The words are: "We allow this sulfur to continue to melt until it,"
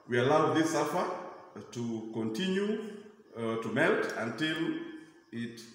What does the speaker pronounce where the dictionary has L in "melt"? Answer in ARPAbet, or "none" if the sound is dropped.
L